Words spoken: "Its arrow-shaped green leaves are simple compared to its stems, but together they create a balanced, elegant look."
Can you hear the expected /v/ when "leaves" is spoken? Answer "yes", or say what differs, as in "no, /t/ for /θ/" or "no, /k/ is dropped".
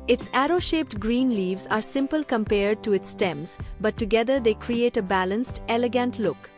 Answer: yes